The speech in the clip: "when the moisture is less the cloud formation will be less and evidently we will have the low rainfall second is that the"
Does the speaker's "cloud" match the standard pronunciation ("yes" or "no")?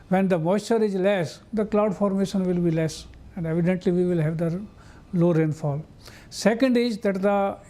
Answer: yes